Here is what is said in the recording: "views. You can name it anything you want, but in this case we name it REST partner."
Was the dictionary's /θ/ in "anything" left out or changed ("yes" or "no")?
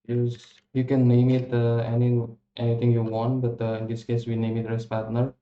yes